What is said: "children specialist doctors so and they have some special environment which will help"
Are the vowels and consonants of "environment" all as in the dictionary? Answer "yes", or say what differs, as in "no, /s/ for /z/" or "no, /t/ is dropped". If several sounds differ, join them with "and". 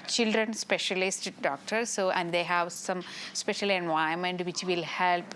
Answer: no, /ɹ/ is dropped